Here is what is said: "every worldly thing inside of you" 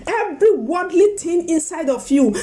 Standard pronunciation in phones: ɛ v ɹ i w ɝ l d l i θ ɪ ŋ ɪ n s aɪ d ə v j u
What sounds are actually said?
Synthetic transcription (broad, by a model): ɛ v ɹ i w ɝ d l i t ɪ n ɪ n s aɪ d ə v j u